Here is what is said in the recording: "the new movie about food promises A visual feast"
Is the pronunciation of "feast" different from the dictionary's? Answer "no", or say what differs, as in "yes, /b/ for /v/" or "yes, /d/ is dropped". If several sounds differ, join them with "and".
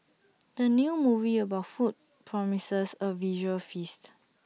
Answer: no